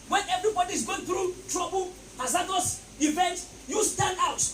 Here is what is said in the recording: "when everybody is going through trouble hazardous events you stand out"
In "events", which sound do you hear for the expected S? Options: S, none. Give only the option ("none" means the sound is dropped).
none